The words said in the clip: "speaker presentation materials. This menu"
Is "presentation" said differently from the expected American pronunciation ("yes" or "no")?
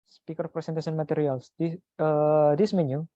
yes